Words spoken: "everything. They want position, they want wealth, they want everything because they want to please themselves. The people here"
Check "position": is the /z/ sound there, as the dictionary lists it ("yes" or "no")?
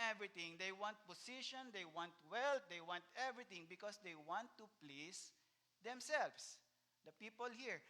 no